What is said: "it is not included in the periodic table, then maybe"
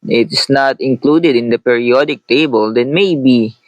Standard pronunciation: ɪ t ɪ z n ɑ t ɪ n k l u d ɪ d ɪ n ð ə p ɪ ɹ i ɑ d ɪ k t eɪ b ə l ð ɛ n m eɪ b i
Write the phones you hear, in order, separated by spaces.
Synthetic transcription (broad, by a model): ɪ t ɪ s n ɑ t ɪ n k l u d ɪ d ɪ n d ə p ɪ ɹ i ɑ d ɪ k t eɪ b ə l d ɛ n m eɪ b i